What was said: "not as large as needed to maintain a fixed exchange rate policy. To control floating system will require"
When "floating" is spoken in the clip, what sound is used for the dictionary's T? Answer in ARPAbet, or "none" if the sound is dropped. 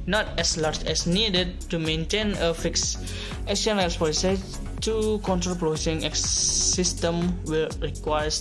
S